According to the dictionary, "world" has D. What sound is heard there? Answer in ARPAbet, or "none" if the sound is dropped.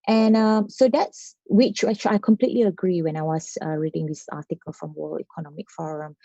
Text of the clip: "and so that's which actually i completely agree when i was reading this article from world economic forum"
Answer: none